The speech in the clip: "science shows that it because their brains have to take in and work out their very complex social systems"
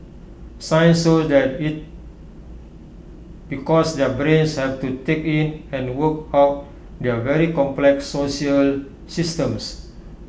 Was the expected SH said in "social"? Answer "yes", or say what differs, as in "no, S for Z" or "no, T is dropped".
no, SH is dropped